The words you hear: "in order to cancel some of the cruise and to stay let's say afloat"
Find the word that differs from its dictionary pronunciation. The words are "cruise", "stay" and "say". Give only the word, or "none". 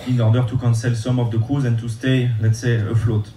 cruise